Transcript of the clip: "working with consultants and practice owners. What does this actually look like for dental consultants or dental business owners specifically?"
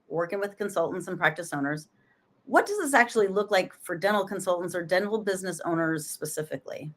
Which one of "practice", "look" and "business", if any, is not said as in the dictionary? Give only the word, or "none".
none